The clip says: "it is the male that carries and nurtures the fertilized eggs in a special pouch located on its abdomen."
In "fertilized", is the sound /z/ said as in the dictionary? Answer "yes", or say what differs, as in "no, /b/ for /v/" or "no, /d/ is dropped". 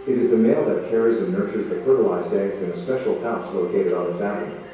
yes